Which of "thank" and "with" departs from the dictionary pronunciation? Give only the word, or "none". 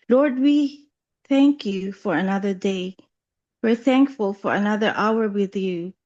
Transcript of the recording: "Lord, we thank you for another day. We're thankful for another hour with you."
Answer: none